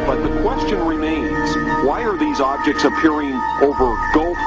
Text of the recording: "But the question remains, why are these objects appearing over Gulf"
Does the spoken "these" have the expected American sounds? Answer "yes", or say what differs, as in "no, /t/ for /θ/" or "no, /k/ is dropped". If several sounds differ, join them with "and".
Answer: yes